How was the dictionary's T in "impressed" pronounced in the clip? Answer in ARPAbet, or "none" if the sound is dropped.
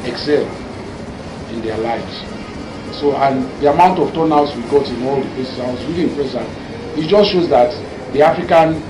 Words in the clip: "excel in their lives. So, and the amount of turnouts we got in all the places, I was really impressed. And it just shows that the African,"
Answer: none